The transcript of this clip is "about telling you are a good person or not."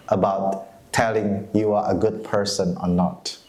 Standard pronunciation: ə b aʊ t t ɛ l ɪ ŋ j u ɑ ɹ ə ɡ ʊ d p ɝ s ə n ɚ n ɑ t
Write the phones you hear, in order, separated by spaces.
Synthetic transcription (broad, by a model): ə b aʊ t t ɛ l ɪ ŋ j u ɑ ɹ ə ɡ ʊ d p ɝ s ə n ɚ n ɑ t